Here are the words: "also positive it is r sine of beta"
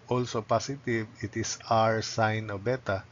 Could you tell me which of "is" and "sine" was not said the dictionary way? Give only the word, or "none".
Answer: is